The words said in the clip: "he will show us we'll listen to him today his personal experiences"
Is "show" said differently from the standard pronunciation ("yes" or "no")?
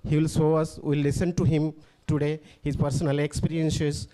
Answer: yes